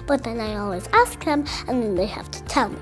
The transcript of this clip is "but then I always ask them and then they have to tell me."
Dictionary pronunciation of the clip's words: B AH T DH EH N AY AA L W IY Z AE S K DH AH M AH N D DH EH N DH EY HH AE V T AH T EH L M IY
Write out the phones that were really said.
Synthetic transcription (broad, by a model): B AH T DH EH N AY AA L W IY Z AE S K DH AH M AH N N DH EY HH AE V T AH T EH L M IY